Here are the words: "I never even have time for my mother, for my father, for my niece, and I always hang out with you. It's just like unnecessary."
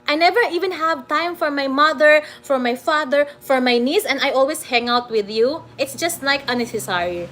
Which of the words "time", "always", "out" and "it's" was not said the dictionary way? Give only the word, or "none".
always